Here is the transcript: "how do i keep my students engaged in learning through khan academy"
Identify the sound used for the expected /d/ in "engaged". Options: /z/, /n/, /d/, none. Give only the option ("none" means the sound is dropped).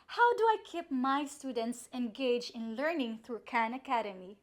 none